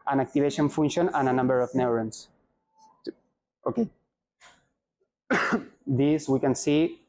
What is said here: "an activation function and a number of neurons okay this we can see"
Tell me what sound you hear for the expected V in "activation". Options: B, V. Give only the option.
B